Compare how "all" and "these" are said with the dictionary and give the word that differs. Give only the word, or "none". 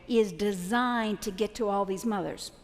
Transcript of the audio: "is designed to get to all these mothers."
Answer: none